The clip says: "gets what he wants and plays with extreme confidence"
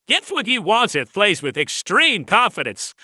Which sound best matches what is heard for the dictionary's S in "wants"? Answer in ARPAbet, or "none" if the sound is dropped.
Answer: none